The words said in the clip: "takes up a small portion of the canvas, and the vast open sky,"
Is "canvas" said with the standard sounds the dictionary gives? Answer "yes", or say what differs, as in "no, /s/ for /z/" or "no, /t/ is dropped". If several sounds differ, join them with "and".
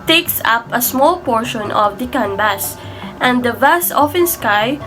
no, /b/ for /v/